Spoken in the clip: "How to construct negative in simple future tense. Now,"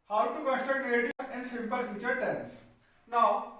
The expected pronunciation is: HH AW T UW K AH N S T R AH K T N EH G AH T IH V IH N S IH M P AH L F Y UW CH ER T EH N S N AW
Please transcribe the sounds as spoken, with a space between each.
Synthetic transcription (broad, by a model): HH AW T UW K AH S T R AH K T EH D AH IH IH N S IH M P AH L F Y UW CH ER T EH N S N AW